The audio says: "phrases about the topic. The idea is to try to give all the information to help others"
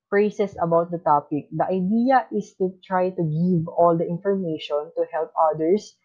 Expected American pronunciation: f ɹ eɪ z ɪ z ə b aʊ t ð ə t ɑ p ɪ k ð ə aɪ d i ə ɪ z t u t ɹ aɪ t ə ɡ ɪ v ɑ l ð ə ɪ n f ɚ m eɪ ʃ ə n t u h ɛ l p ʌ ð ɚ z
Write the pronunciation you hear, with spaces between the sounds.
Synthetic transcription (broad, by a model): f ɹ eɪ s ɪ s ə b aʊ t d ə t ɑ p ɪ k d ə aɪ d i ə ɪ s t u t ɹ aɪ t ə ɡ ɪ v ɑ l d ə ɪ n f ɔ m eɪ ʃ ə n t u h ɛ l p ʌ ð ɚ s